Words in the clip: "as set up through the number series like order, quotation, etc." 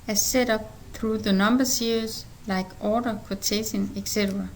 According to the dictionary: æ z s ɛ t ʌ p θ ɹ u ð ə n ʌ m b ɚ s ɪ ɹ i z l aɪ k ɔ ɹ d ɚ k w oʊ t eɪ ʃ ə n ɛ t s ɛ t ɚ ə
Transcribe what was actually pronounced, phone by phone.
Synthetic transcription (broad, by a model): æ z s ɛ t ʌ p θ ɹ u ð ə n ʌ m b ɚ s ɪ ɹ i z l aɪ k ɔ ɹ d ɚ k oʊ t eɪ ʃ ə n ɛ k s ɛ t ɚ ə